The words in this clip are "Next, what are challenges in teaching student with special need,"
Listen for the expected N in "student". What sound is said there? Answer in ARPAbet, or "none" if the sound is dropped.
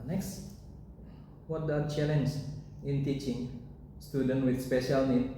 N